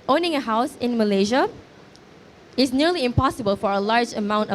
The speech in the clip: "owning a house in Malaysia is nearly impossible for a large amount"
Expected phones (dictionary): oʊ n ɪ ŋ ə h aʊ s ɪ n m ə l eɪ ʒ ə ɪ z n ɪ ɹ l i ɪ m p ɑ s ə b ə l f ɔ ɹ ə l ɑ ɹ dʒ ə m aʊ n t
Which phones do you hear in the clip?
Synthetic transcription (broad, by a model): oʊ n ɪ ŋ ə h aʊ s ɪ n m ə l eɪ ʒ ə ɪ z n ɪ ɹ l i ɪ m p ɑ s ə b ə l f ɔ ɹ ə l ɑ ɹ dʒ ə m aʊ n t